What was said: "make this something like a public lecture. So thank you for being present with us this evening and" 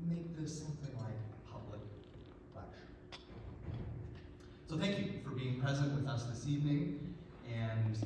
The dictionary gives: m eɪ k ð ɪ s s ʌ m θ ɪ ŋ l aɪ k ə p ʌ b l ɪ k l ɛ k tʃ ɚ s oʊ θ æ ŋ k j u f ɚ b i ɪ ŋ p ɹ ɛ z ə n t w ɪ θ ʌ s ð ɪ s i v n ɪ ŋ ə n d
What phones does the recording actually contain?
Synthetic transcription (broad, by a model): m eɪ k ð ɪ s s ʌ m θ ɪ ŋ l aɪ k p ʌ b l ɪ k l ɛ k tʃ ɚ s oʊ θ æ ŋ k j u f ɚ b i ɪ ŋ p ɹ ɛ z ə n t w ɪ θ ʌ s ð ɪ s i v n ɪ ŋ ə n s